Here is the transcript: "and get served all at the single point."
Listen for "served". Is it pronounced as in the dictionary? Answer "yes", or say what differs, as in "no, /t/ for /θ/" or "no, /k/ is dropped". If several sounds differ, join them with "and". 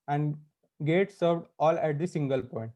yes